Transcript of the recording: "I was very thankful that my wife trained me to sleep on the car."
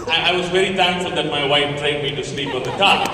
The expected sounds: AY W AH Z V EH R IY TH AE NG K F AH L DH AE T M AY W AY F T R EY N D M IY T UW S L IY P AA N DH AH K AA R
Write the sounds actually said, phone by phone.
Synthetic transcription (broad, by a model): AY W AH Z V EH R IY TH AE NG K F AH L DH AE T M AY W AY F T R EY D M IY T UW S L IY P AA N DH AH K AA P